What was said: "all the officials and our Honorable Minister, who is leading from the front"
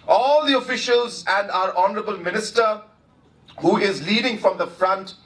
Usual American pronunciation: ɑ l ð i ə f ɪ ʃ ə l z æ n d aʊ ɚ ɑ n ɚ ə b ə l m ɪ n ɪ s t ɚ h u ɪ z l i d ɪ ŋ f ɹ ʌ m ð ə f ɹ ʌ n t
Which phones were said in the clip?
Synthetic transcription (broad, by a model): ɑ l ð i ə f ɪ ʃ ə l z æ n d aʊ ɚ ɑ n ɚ ə b ə l m ɪ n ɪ s t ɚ h u ɪ z l i d ɪ ŋ f ɹ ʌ m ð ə f ɹ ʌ n t